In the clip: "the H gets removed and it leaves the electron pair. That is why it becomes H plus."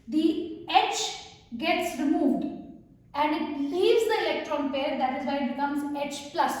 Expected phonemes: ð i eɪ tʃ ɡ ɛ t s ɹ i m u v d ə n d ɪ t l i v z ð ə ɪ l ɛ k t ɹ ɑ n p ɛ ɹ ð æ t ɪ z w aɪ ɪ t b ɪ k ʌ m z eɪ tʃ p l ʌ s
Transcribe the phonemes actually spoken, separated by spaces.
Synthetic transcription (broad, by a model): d i eɪ tʃ ɡ ɛ t s ɹ i m u v d ə n d ɪ t l i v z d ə ɪ l ɛ k t ɹ ɑ n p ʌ ɹ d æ t ɪ z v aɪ ɪ t b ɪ k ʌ m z eɪ tʃ p l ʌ s